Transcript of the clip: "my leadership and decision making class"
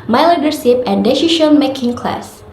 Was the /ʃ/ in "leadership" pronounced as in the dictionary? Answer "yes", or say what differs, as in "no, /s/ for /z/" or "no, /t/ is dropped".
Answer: no, /s/ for /ʃ/